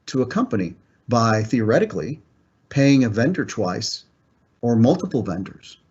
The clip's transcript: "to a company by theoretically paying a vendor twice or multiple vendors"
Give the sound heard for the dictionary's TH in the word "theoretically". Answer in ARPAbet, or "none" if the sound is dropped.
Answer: TH